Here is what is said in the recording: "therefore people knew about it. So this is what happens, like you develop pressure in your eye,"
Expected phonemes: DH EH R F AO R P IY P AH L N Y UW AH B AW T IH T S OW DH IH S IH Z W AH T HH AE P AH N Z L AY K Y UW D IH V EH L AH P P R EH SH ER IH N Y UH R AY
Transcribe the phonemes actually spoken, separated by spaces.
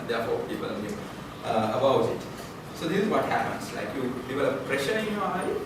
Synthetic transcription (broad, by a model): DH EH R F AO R P IY P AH L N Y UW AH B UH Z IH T S OW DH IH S IH Z W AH T HH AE P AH N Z L AY K Y UW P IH P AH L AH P P R EH SH ER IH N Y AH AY